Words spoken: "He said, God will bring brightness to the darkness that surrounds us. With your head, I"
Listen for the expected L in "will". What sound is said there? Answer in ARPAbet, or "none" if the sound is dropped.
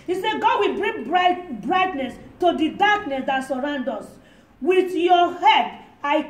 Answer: L